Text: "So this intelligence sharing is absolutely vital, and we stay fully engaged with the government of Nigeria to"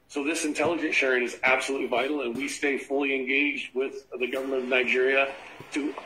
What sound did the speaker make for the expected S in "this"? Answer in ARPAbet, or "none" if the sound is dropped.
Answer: S